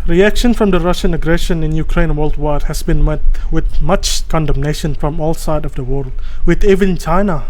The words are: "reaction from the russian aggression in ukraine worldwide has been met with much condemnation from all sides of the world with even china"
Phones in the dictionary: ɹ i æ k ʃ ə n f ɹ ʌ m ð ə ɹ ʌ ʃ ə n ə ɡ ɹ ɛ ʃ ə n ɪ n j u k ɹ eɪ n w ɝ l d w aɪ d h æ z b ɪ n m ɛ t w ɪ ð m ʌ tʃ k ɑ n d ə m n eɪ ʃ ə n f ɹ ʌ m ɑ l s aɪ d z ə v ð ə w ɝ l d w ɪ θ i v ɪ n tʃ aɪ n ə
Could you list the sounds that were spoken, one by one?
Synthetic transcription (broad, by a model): ɹ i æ k ʃ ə n f ɹ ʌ m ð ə ɹ ʌ ʃ ə n ə ɡ ɹ ɛ ʃ ə n ɪ n j u k ɹ eɪ n w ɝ l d w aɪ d h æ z b ɪ n m ɛ t w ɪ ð m ʌ tʃ k ɑ n d ə m n eɪ ʃ ə n f ɹ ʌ m ɑ l s aɪ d ə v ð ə w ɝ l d w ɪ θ i v ɪ n tʃ aɪ n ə